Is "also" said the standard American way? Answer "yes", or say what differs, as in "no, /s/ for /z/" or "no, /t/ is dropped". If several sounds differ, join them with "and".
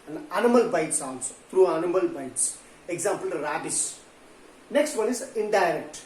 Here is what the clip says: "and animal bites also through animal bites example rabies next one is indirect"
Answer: no, /n/ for /l/